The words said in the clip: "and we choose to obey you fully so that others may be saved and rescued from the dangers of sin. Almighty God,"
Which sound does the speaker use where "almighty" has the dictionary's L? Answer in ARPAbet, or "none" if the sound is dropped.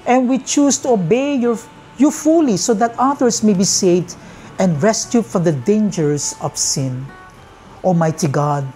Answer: none